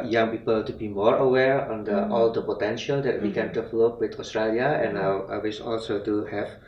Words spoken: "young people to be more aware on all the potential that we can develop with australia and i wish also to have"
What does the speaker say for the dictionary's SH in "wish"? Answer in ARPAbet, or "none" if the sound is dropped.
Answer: S